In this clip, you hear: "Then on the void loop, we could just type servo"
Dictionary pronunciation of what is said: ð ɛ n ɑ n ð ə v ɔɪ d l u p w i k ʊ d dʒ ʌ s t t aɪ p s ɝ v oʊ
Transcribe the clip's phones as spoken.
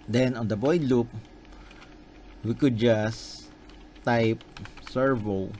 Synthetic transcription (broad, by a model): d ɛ n ɑ n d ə b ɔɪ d l u p w i k ʊ d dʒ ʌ s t t aɪ p s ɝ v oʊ